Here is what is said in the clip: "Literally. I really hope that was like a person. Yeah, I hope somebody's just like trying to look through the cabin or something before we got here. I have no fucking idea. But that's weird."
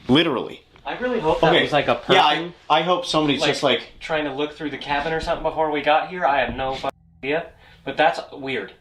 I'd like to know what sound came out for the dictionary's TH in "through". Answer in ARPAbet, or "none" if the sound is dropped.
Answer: TH